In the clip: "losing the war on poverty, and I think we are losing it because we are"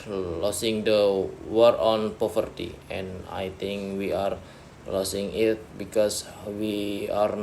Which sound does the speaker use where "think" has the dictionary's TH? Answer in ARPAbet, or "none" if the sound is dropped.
T